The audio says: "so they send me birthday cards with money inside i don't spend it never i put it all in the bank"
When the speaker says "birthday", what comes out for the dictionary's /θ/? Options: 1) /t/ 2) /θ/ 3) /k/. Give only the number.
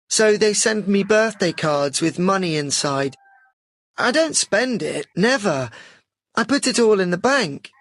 2